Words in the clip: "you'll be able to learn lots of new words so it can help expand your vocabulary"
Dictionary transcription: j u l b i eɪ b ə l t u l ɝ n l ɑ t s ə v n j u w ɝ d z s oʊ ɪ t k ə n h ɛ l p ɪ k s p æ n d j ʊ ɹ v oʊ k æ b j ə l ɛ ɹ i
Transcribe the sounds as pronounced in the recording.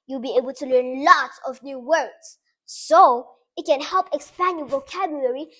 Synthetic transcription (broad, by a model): j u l b i eɪ b ə l t u l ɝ n l ɑ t ə v n j u w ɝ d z s oʊ ɪ t k ə n h ɛ l p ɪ k s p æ n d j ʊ v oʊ k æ b j l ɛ ɹ i